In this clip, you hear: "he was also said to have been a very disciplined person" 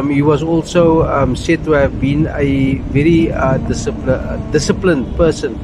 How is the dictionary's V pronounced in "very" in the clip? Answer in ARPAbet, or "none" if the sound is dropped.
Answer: V